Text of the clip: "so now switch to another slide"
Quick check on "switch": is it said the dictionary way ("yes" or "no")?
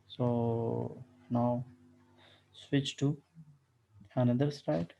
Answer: yes